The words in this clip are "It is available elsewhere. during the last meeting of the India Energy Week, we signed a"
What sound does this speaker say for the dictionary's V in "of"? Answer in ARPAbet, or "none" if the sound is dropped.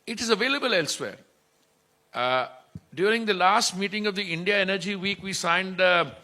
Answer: V